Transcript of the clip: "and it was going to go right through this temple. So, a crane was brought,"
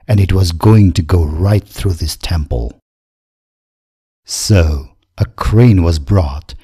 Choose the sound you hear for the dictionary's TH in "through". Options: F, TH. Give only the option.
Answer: TH